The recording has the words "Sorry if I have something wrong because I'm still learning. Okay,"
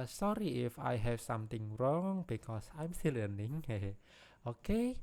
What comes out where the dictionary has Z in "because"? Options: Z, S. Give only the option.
S